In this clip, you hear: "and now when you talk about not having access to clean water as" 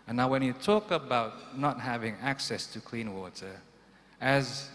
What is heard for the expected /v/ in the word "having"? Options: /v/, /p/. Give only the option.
/v/